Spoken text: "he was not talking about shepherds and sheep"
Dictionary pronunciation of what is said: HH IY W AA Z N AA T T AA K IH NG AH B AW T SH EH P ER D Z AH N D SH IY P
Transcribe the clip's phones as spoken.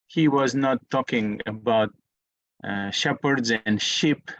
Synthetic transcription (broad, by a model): HH IY W AA Z N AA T T AA K IH NG AH B AW T SH EH P ER D Z AH N D SH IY P